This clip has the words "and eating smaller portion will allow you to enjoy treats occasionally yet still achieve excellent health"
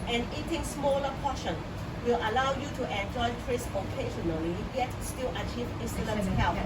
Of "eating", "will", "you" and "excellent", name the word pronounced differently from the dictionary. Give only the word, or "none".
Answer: excellent